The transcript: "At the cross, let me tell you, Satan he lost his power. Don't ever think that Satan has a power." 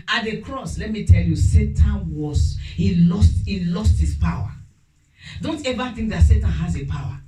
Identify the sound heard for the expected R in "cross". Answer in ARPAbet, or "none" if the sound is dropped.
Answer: R